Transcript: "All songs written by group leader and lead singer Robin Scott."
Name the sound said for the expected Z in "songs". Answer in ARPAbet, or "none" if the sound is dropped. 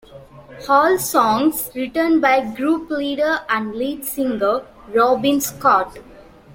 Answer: S